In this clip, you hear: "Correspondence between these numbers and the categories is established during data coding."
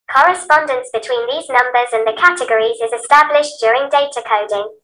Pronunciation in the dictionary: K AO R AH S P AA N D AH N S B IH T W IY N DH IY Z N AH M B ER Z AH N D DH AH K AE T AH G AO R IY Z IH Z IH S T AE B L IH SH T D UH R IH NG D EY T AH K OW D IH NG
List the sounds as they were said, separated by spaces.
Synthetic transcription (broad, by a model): K AO R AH S P AA N D AH N S B IH T W IY N DH IY Z N AH M B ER Z AH N DH AH K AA T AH G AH R IY Z IH Z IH S T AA B L IH SH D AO R IH NG D EY T AH K OW D IH NG